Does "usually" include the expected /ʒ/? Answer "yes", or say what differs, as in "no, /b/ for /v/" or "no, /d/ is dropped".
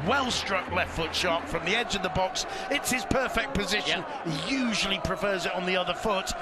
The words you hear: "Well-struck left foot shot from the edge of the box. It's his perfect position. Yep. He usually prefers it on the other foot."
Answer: yes